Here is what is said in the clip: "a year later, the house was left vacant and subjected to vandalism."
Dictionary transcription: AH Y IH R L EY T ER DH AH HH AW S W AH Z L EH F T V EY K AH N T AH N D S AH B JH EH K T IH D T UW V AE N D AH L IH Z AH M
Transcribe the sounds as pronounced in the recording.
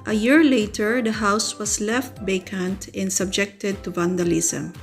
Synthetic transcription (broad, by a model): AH Y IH R L EY T ER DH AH HH AW S W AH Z L EH F T B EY K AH N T AH N D S AH B JH EH K T IH D T UW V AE N D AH L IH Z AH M